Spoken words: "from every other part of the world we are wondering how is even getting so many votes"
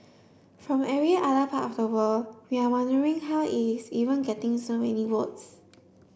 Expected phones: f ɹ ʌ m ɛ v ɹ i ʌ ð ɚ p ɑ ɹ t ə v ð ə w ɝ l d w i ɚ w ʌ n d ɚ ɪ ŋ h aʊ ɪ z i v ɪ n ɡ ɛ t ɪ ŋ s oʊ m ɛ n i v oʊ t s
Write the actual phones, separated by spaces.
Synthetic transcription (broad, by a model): f ɹ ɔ m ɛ ɹ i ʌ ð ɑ p ɑ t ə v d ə w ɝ l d w i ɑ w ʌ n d ɚ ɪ ŋ h aʊ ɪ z i v ɪ n ɡ ɛ t ɪ ŋ s oʊ m ɛ n i w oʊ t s